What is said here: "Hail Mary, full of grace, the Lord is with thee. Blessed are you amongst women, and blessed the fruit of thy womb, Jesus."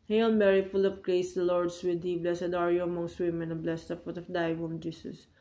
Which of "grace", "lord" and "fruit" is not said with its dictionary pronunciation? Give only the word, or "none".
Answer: fruit